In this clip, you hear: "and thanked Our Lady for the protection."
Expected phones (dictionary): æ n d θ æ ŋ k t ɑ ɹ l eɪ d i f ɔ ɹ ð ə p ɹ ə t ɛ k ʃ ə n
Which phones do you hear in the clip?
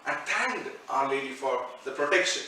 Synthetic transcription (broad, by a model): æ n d t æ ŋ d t ɑ ɹ l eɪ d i f ɔ ɹ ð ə p ɹ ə t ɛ k ʃ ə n